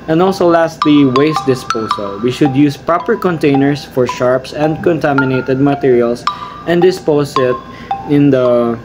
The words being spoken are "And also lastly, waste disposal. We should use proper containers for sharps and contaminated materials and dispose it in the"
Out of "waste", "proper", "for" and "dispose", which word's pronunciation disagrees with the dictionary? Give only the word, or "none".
dispose